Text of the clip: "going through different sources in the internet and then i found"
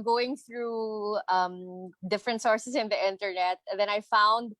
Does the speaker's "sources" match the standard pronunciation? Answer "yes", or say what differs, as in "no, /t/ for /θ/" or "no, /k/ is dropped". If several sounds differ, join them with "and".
no, /s/ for /z/